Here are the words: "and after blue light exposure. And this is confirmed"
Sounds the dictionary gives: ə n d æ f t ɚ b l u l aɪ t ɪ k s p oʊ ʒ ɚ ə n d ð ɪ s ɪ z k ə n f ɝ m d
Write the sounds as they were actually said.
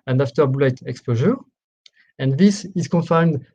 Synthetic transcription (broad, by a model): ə n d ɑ f t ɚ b u l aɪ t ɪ k s p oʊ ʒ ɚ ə n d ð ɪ s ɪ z k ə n f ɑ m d